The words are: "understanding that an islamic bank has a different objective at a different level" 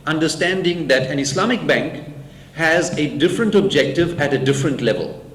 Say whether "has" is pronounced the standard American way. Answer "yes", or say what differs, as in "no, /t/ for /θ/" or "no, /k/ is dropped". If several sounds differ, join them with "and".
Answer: yes